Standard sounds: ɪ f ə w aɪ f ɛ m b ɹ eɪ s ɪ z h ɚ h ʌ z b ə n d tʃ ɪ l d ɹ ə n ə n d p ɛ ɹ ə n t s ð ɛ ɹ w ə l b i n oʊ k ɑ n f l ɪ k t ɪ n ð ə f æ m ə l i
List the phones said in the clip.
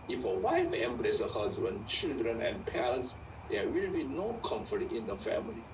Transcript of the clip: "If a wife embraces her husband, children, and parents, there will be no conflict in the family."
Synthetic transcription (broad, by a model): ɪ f ə w aɪ f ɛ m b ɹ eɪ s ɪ h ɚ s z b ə n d tʃ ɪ l d ɹ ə n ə n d p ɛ ɹ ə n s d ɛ w ə l b i n oʊ k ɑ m f ɪ t ɪ n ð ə f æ m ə l i